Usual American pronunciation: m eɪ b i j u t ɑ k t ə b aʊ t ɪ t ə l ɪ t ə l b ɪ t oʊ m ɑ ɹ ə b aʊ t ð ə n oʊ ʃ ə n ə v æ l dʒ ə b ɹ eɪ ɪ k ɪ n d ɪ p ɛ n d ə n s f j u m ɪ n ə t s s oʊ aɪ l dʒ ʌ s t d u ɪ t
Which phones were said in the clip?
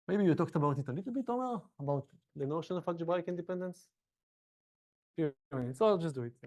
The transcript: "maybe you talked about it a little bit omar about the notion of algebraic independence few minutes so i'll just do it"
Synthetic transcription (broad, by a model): m eɪ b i j u t ɑ k t ə b aʊ t ɪ t ə l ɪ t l b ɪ t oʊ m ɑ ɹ ə b aʊ t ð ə n oʊ ʃ ə n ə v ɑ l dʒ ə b ɑ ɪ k ɪ n d ɪ p ɛ n d ə n s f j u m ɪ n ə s s oʊ aɪ l dʒ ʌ s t d u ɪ t